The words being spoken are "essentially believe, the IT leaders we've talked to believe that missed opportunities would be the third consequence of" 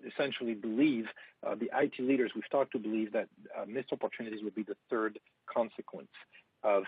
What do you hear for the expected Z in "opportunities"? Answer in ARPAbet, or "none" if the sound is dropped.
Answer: Z